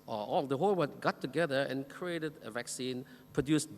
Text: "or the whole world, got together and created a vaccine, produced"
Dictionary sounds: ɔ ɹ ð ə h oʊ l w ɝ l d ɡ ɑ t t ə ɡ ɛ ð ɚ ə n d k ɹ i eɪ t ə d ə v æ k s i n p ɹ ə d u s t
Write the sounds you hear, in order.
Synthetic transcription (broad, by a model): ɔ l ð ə h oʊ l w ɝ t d ɡ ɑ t t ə ɡ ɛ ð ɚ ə n k ɹ i eɪ t ə d ə v æ k s i n p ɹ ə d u s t